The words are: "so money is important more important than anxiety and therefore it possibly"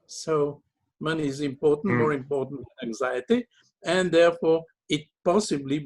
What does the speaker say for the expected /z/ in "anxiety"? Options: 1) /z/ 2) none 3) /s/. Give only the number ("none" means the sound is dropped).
1